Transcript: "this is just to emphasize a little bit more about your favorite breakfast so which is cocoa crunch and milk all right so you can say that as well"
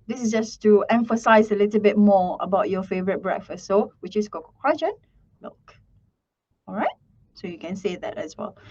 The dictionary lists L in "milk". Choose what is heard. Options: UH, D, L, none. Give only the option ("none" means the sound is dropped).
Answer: none